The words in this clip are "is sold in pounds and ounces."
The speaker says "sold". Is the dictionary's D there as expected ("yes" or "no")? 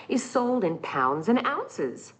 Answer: yes